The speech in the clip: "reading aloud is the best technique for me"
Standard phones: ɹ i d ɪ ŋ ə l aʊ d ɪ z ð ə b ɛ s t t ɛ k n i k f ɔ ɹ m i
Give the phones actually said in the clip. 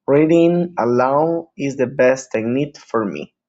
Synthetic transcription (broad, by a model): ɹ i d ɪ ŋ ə l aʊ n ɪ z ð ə b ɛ s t t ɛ n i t f ɔ ɹ m i